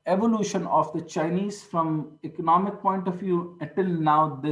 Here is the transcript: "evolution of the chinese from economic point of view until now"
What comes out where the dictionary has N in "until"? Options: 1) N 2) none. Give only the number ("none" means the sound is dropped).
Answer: 2